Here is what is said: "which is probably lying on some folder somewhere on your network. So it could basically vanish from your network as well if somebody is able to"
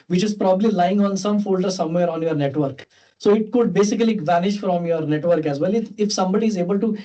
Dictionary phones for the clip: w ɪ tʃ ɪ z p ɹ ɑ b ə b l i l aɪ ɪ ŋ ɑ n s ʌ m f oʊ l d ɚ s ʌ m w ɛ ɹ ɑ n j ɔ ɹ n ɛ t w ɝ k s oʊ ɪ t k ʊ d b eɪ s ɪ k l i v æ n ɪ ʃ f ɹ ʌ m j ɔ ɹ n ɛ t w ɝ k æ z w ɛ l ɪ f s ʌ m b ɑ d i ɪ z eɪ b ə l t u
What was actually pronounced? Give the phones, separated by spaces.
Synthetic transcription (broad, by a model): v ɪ tʃ ɪ z p ɹ ɑ b ə b l i l aɪ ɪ ŋ ɑ n s ʌ m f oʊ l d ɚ s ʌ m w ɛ ɹ ɑ n j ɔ ɹ n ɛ t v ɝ k s oʊ ɪ t k ʊ d b eɪ s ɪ k l i v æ n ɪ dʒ f ɹ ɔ m j ɔ ɹ n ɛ t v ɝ k æ z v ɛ l ɪ f s ʌ m b ɑ d i ɪ z eɪ b ə l t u